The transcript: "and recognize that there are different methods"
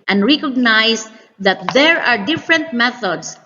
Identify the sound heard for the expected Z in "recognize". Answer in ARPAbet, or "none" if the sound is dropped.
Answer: S